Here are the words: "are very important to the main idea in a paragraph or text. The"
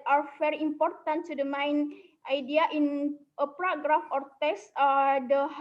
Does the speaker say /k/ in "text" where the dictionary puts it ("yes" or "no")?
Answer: no